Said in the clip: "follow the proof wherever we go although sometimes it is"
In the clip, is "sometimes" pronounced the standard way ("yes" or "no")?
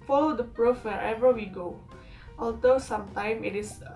no